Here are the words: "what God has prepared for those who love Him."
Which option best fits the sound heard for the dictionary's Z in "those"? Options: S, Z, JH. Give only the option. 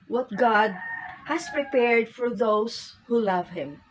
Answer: S